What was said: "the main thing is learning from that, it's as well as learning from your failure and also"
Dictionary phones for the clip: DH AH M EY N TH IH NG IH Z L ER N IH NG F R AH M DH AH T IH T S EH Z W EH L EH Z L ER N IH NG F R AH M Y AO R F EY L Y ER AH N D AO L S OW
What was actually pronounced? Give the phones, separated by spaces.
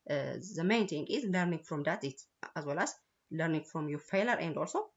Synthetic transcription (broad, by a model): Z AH M EY N T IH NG IH Z L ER N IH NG F R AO M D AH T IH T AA Z W EH L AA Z L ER N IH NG F R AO M Y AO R F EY L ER AH N D AO L S OW